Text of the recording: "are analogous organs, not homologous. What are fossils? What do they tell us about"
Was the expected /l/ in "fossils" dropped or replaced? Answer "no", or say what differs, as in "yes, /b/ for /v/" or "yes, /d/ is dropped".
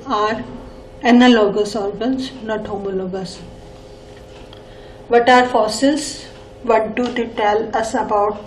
yes, /l/ is dropped